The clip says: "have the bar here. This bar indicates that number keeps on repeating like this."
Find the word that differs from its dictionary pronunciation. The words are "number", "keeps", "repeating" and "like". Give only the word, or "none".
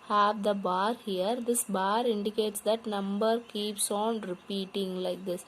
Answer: none